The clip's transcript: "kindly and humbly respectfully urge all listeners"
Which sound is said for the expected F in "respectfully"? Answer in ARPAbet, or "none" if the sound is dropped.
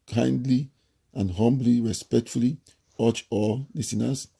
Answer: F